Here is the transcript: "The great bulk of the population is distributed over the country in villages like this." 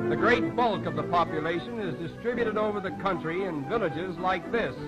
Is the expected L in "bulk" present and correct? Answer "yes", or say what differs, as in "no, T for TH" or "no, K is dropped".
yes